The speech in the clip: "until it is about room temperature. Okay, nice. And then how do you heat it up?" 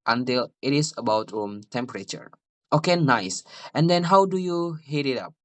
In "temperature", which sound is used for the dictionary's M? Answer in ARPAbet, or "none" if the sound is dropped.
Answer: M